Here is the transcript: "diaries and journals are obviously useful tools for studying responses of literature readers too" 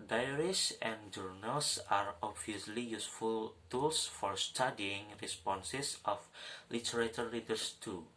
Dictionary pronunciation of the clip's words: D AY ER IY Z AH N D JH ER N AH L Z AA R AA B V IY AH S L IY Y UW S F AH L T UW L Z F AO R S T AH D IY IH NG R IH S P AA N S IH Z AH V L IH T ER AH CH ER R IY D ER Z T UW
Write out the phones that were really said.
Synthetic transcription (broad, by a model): D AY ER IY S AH N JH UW N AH L S AA R AA B V IY AH S L IY Y UW S F AH L T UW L S F AO R S T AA D IY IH NG R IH S P AA N S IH S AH F L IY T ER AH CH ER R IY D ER S T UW